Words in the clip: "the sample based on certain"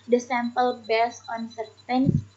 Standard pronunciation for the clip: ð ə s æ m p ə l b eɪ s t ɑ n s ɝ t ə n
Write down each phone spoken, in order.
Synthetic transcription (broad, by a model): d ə s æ m p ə l b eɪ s ɑ n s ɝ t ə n